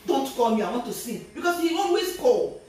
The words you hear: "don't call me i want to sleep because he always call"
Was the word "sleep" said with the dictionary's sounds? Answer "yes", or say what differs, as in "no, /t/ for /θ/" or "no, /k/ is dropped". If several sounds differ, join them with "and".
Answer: no, /l/ is dropped